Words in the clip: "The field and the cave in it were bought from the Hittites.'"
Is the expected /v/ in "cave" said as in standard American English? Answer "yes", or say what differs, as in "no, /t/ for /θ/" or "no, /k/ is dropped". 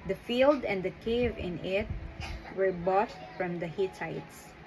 yes